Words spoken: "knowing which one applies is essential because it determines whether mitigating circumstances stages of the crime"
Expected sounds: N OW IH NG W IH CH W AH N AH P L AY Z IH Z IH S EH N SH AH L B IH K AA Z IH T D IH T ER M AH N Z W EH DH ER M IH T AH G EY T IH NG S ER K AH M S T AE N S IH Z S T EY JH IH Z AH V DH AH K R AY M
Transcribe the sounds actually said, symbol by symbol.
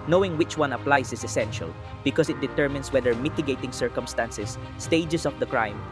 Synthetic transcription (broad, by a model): N OW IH NG W IH CH W AH N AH P L AY S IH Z IH S EH N SH AH L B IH K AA S IH T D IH T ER M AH N S W EH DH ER M IH T AH G EY T IH NG S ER K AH M S T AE N S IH S T EY JH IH S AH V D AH K R AY M